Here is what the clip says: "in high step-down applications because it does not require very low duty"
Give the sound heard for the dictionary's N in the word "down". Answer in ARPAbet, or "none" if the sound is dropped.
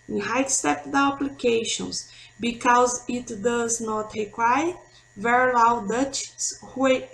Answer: none